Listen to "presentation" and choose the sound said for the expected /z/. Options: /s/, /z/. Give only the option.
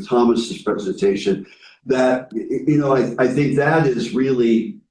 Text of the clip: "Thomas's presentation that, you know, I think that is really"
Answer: /z/